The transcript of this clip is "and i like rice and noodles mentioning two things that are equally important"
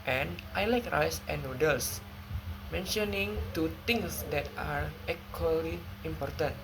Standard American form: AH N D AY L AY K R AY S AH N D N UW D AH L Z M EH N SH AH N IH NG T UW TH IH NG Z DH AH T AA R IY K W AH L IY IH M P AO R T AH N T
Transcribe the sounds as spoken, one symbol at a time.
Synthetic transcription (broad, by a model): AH N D AY L AY K R AY S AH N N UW D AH L S M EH N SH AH N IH NG T UW T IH NG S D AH T AA R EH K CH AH L IY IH M P AO R T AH N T